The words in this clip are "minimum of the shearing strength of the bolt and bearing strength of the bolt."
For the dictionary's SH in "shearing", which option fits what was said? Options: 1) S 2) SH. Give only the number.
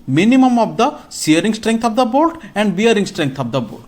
1